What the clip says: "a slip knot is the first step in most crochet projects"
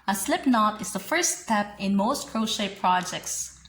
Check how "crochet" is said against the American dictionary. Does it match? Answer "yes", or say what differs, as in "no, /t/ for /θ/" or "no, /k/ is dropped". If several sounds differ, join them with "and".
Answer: yes